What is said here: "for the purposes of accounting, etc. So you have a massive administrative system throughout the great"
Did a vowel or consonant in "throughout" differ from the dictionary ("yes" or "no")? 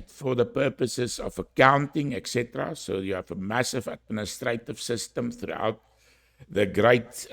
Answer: no